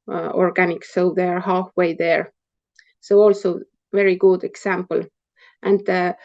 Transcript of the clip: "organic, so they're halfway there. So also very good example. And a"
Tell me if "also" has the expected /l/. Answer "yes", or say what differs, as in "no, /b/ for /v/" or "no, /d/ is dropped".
yes